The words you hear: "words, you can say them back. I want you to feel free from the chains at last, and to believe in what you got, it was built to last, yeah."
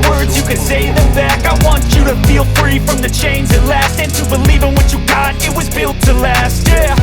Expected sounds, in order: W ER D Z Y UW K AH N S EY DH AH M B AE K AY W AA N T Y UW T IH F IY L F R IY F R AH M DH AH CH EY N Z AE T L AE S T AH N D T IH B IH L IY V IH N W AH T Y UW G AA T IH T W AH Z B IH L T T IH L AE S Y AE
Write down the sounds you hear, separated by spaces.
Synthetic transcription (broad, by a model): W ER D Z Y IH K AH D S EY DH AH M B AE K AY W AA N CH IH T IH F IY L F R IY F R AH M DH AH CH EY N Z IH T L AE S T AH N T IH B IH L IY V IH N W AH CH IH G AA T IH T W AH Z B IH L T T IH L AE S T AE